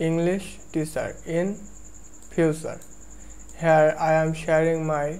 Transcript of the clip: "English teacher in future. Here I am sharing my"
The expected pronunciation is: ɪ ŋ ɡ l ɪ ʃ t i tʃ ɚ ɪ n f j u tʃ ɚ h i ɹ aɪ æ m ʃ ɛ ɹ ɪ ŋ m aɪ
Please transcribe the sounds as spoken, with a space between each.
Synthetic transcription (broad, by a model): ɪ ŋ ɡ l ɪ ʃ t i s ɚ ɪ n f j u s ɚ h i ɹ aɪ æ m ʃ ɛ ɹ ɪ ŋ m aɪ